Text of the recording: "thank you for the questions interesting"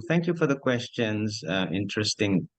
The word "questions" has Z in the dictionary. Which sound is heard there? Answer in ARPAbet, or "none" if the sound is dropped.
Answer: Z